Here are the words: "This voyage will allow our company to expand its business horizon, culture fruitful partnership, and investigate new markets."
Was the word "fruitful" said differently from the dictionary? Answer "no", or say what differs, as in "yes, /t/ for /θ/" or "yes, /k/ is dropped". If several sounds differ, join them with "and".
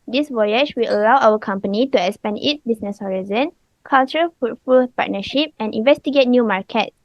yes, /ɹ/ is dropped